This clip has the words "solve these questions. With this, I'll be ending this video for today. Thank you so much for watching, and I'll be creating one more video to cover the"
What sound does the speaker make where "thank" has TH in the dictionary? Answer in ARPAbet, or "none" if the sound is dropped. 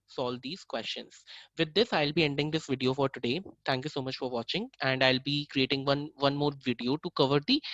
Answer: T